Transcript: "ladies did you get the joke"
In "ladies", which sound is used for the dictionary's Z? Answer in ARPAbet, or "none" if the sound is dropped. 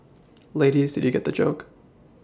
Z